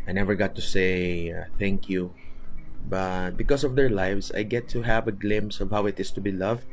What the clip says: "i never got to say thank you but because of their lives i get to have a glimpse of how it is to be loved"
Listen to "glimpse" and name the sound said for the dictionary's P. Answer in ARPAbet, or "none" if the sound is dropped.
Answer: none